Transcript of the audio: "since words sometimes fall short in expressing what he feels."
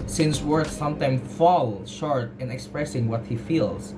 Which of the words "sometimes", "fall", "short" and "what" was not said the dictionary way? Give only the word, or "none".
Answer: sometimes